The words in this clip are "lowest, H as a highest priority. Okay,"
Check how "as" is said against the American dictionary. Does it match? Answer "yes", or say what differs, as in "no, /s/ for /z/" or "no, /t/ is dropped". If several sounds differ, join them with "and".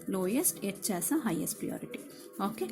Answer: no, /s/ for /z/